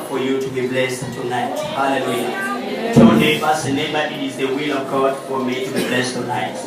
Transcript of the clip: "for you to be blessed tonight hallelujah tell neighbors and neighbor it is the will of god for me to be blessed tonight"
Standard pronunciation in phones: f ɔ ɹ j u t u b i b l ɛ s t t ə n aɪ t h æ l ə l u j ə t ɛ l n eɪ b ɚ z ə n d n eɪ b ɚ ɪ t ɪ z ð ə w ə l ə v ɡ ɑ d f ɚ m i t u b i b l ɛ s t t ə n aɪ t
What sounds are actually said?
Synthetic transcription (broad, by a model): f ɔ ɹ j u t u b i b l ɛ s t t ə n aɪ t h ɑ l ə l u j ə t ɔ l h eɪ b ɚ s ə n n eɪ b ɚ ɪ t ɪ z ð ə w ə l ə v ɡ ɑ d f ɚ m i t u b i b l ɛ s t t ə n aɪ t